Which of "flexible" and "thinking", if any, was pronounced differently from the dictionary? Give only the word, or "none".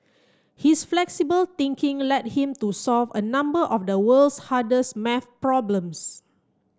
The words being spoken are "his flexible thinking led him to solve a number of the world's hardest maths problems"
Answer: thinking